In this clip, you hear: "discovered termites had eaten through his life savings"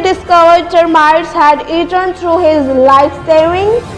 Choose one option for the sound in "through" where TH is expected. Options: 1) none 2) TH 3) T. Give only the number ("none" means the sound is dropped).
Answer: 3